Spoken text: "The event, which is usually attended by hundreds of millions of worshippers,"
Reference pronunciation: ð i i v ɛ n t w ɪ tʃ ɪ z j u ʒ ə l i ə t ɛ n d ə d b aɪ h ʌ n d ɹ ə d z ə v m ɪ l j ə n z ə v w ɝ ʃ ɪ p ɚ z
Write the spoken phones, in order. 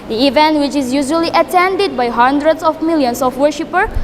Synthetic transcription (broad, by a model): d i i v ɛ n t w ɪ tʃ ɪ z j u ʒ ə l i ə t ɛ n d ə d b aɪ h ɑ n d ɹ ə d s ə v m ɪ l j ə n s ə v w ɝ ʃ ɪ p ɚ